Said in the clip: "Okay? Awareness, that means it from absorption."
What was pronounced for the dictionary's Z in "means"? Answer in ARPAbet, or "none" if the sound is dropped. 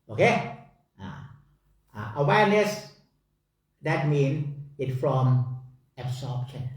none